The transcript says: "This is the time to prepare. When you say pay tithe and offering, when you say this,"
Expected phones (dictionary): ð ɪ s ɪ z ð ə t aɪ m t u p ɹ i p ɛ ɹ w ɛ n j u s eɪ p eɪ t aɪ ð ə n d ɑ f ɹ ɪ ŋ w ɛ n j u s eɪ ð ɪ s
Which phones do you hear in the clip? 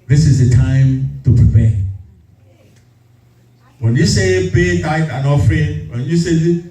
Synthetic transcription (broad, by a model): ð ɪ s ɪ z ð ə t aɪ m t u p ɹ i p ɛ w ɛ n j u s eɪ b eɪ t aɪ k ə n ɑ f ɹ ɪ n w ɛ n j u s eɪ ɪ